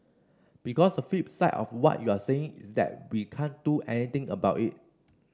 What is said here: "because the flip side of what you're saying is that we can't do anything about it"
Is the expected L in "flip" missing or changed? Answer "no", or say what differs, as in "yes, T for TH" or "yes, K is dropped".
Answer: yes, L is dropped